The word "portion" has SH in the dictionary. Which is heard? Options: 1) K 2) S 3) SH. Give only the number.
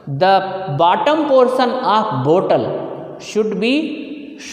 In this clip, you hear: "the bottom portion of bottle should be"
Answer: 2